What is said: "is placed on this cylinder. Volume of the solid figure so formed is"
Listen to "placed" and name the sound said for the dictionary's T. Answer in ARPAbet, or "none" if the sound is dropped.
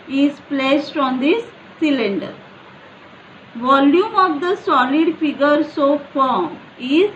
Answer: T